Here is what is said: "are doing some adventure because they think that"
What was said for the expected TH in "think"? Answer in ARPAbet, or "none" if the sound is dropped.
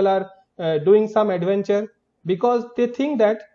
T